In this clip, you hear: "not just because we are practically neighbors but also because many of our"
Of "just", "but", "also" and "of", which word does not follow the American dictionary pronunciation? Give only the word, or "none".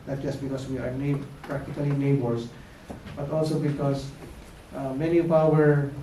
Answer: of